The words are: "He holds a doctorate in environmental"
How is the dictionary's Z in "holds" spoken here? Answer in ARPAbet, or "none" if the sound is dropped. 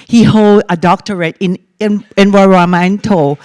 none